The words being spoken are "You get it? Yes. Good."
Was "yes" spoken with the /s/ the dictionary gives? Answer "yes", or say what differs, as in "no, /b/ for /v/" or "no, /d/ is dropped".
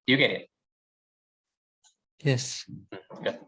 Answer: yes